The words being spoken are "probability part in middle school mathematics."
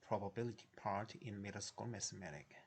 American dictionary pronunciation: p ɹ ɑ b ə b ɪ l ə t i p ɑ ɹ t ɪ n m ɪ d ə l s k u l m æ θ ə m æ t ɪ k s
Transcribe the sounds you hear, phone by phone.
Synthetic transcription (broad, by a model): p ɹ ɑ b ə b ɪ l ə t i p ɑ ɹ t ɪ n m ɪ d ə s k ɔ m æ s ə m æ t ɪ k